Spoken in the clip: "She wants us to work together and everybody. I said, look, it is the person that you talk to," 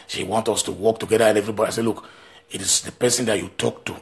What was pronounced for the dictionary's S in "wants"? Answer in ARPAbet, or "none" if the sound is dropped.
none